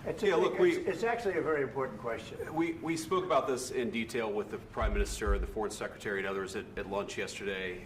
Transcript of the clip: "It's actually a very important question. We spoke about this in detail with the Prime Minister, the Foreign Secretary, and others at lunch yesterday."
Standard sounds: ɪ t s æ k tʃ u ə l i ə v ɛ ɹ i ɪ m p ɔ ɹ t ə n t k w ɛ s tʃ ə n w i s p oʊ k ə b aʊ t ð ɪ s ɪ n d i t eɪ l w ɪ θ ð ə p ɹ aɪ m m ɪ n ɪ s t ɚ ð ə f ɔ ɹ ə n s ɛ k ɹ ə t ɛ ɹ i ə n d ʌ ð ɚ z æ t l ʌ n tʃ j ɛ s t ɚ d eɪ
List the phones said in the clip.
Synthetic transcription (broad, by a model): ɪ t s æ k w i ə l i ə v ɛ ɹ i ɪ m p ɔ ɹ t n k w ɛ s tʃ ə n w i s p oʊ k ə b aʊ t ð ɪ s ɪ n d i t eɪ l w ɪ ð ə p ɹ aɪ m m ɪ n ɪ s t ɚ ð ə f ɔ ɹ ə n s ɛ k ɹ ə t ɛ ɹ i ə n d ʌ ð ɚ z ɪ t l ʌ n tʃ j ɛ s t ɚ d eɪ